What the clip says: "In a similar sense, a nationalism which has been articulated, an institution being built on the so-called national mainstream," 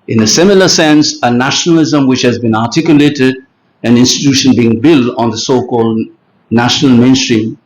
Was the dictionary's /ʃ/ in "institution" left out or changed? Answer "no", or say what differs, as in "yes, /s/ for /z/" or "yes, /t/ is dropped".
no